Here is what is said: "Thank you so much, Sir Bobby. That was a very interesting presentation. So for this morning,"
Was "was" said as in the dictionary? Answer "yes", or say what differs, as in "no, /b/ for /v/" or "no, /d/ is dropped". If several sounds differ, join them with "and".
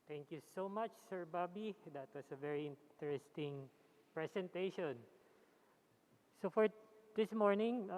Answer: no, /s/ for /z/